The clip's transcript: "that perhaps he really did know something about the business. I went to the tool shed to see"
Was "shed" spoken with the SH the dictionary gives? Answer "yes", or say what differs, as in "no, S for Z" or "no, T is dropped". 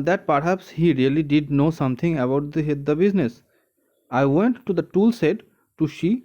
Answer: no, S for SH